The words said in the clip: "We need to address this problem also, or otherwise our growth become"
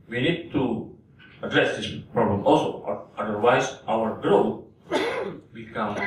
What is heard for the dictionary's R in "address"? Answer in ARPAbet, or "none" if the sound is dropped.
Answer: R